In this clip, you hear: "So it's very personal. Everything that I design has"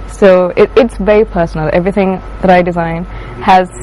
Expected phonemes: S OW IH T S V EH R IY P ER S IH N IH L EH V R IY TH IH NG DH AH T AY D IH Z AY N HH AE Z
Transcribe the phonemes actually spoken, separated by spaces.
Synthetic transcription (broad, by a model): S OW IH T S V EH R IY P ER S N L EH V R IY TH IH NG DH AH T AY D IH Z AY N HH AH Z